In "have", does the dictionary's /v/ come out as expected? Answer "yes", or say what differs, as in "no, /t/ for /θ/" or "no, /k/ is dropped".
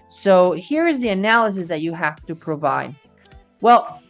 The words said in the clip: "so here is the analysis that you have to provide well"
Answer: no, /f/ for /v/